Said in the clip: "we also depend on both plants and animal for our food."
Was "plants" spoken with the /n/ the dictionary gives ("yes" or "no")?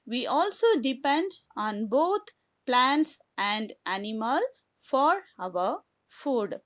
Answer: yes